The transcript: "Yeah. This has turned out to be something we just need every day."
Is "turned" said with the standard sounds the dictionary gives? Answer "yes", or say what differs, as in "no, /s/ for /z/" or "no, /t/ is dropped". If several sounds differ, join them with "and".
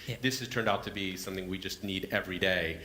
yes